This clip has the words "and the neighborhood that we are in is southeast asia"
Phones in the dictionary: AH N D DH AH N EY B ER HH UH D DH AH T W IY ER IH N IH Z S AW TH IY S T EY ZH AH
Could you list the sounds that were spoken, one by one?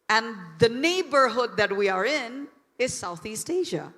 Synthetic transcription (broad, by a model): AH N DH AH N EY B ER HH UH D DH AH T W IY ER IH N IH Z S AW TH IY S T EY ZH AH